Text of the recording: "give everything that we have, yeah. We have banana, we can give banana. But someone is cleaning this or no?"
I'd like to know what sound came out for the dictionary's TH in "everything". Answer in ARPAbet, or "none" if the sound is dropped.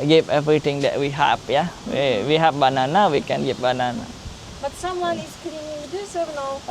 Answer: T